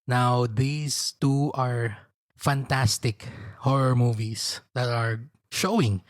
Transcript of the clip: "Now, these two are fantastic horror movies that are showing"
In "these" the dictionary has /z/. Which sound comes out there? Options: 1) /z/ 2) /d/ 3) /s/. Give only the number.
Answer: 3